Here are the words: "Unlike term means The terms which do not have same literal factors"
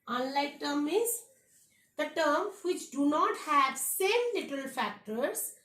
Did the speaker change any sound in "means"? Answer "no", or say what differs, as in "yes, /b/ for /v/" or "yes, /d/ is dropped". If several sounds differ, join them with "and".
yes, /n/ is dropped